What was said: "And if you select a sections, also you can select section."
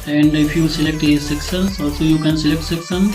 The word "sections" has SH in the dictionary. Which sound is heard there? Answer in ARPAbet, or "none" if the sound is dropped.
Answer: S